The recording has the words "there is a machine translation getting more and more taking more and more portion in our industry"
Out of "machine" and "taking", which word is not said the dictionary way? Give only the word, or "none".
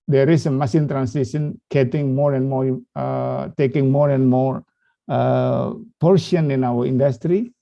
machine